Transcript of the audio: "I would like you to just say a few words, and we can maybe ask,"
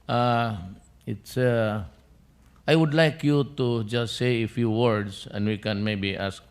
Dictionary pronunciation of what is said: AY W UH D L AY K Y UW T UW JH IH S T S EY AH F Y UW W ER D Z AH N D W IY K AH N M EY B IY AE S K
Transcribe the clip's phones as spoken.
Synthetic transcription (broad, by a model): AY W UH D L AY K Y UW T UW JH IH S T S EY AH F Y UW W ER D S AH N D W IY K AH N M EY B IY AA S K